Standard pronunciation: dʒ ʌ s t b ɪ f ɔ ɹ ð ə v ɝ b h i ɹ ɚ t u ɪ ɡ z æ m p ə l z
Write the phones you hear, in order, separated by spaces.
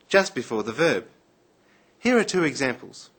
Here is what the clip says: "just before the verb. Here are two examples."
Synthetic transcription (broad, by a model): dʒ ʌ s t b ɪ f ɔ ɹ ð ə v ɝ b h i ɹ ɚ t u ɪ ɡ z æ m p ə l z